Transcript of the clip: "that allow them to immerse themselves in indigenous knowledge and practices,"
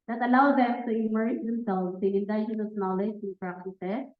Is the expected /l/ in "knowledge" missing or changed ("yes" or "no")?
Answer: no